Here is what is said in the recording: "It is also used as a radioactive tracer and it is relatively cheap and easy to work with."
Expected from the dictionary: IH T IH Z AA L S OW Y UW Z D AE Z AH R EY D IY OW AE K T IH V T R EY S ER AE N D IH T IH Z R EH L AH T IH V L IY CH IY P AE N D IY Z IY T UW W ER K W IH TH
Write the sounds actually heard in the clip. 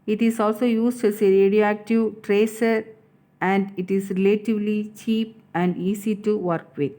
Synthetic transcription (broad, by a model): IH T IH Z AA L S OW Y UW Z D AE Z AH R EY D IY OW AE K T IH V T R EY S ER AE N D IH T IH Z R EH L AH T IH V L IY CH IY P AE N D IY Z IY T UW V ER K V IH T